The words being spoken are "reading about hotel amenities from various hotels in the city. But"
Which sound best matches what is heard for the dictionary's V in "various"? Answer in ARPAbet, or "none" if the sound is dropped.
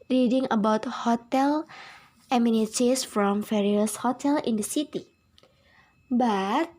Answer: F